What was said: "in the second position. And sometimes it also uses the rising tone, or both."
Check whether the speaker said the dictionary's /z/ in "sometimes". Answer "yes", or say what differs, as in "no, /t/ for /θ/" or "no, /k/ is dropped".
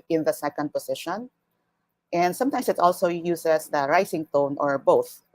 no, /s/ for /z/